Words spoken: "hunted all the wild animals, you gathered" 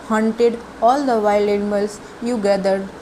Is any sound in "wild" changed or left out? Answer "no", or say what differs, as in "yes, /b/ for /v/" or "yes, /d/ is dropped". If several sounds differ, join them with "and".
yes, /d/ is dropped